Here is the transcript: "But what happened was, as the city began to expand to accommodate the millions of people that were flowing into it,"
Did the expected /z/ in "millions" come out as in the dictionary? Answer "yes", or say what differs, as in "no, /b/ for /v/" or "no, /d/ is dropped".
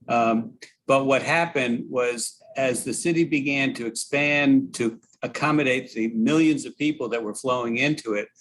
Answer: yes